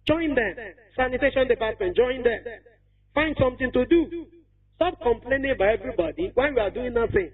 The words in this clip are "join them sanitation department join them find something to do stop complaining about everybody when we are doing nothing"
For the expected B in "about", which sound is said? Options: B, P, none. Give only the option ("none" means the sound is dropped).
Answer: none